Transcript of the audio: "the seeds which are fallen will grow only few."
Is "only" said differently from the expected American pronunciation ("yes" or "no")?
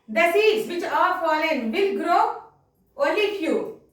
yes